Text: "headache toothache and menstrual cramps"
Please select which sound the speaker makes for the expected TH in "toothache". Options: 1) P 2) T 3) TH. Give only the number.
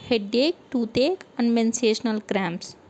2